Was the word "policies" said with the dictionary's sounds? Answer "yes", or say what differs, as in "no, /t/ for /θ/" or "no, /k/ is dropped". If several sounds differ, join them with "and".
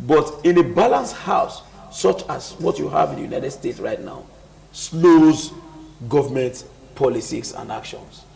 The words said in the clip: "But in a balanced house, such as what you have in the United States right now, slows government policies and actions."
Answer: no, /s/ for /z/